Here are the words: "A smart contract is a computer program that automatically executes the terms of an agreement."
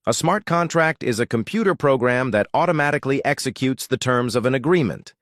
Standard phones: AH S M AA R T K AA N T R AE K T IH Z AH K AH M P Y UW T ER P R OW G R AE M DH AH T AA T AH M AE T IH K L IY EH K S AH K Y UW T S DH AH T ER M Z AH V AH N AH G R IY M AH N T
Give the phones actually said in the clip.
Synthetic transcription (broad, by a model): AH S M AA R T K AA N T R AE K T IH Z AH K AH M P Y UW T ER P R OW G R AE M DH AH T AA T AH M AE T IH K L IY EH K S AH K Y UW T S DH AH T ER M Z AH V AH N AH G R IY M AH N T